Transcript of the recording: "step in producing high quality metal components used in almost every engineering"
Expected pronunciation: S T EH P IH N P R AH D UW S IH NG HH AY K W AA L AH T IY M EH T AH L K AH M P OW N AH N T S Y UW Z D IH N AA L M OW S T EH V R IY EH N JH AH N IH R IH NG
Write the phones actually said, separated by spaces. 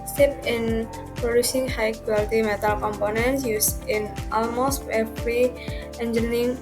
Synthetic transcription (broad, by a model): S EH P IH N P R AH D UW S IH NG HH AY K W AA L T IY M EH T AH L K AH M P OW N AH N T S Y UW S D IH N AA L M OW S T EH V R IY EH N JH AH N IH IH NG